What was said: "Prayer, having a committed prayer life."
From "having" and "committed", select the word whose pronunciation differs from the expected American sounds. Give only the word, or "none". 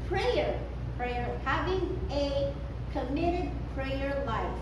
none